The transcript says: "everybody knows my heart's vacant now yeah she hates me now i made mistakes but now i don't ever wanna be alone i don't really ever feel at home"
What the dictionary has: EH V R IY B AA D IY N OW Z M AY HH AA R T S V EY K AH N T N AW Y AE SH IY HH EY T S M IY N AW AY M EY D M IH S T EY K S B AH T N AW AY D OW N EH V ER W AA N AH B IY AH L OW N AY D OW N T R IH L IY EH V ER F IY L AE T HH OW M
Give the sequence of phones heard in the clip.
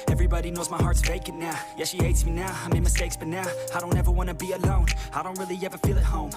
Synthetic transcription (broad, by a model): EH V R IY B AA D IY N OW Z M AY HH AA R T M EY K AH T N AW Y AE SH IY HH EY T S M IY N AW AY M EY M IH S T EY K S B AH T N AW AY D OW N EH V ER W AA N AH B IY AH L OW N AY D OW N T R IH L IY EH V ER F IY L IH T HH OW M